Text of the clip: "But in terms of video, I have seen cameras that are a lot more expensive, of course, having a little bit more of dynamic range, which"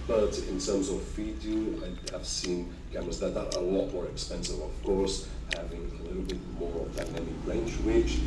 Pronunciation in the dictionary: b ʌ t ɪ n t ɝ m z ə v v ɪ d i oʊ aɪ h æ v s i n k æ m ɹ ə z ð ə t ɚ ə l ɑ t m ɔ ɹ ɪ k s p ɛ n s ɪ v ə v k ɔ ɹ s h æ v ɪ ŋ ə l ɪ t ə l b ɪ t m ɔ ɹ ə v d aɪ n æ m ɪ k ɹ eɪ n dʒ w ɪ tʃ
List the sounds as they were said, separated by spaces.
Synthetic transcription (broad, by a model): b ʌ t ɪ n t ɝ m z ə v f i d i aɪ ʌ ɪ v s i n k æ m ə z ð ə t ɚ ə l ɑ t m ɔ ɹ ɪ k s p ɛ n s ɪ v ə v k ɔ ɹ s h æ v ɪ ŋ ə l ɪ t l b ɪ t m ɔ ɹ ə v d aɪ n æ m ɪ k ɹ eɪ n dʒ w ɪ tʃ